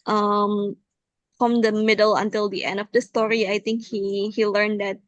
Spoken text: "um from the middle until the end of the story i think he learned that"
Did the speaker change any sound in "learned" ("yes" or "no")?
no